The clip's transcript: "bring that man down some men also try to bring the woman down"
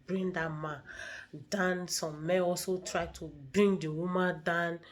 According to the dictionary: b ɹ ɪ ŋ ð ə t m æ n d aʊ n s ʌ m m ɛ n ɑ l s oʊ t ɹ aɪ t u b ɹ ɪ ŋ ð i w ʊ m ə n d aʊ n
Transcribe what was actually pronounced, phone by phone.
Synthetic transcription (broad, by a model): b ɹ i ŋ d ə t m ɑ n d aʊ n s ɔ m m ɛ n ɑ l s oʊ t ɹ aɪ t u b ɹ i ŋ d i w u m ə n d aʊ n